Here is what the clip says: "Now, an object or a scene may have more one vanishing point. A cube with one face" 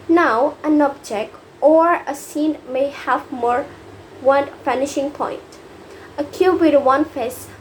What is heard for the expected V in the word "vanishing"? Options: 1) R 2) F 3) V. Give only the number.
2